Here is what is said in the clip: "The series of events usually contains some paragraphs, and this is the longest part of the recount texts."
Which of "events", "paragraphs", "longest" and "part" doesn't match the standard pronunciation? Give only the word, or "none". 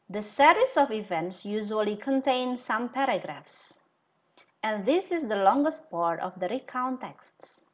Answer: none